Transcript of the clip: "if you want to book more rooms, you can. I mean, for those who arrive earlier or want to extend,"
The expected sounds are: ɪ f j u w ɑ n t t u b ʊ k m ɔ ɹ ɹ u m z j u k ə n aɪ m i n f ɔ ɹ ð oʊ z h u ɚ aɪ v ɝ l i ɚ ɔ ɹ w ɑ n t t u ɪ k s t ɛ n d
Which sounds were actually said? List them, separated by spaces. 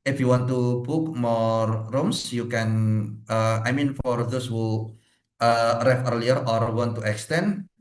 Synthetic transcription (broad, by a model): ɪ f j u w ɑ n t t u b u k m ɔ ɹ ɹ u m s j u k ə n aɪ m i n f ɔ ɹ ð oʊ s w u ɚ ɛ f ɝ l i ɚ ɔ ɹ w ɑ n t t u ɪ k s t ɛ n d